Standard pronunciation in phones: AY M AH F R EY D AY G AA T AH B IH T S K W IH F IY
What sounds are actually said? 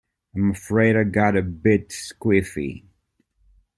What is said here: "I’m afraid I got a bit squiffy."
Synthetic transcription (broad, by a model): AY M AH F R EY D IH G AA T AH B IH T S K W IH F IY